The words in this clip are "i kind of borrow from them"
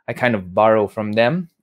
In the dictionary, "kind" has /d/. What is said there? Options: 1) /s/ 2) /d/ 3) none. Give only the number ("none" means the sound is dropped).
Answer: 2